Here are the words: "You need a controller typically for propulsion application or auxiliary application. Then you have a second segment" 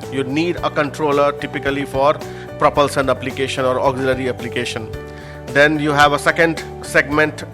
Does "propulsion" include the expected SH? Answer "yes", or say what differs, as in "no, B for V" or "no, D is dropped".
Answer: no, S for SH